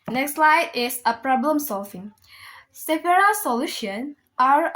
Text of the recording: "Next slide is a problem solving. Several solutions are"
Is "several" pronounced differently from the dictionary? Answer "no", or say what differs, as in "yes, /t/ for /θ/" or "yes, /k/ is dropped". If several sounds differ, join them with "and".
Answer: yes, /p/ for /v/